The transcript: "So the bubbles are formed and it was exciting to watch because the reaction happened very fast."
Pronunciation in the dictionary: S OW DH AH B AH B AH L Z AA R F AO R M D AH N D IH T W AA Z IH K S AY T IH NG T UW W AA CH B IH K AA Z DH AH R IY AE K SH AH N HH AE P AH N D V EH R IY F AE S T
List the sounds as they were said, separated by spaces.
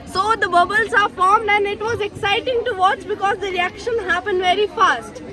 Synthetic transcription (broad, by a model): S OW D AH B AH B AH L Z AA R F AO R M D AH N D IH T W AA Z IH K S AY T IH NG T UW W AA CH B IH K AA Z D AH R IY AE K SH AH N HH AE P AH N D V EH R IY F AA S T